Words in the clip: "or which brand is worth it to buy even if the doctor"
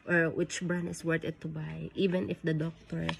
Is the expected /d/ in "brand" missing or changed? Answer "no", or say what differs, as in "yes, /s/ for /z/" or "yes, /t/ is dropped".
yes, /d/ is dropped